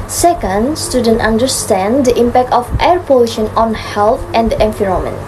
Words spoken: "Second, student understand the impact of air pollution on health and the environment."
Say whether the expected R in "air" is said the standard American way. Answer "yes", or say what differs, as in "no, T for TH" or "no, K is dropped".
yes